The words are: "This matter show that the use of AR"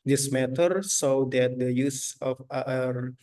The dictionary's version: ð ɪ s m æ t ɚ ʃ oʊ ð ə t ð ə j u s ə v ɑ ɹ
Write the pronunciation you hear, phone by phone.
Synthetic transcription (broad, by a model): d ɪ s m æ t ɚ s oʊ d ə t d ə j u s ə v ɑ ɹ